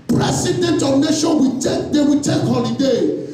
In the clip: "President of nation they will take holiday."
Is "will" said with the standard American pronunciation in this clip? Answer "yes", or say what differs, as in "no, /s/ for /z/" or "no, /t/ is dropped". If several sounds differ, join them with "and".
no, /w/ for /l/